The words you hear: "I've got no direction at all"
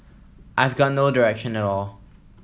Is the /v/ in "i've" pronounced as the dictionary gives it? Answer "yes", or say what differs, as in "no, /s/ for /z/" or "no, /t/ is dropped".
yes